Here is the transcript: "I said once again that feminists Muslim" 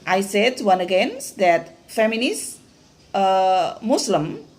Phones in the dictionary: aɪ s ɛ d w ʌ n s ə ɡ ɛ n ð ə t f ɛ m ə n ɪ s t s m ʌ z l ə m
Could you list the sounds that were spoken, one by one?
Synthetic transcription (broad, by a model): aɪ s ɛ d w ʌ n ə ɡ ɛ n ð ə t f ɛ m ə n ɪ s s m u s l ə m